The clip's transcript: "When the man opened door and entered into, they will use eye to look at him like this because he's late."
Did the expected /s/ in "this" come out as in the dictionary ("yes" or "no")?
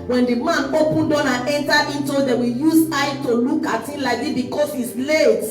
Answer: no